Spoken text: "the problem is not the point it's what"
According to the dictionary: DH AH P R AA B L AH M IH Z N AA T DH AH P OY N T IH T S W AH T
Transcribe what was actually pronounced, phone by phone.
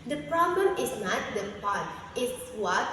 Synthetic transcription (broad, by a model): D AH P R AA B L AH M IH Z N AA T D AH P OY T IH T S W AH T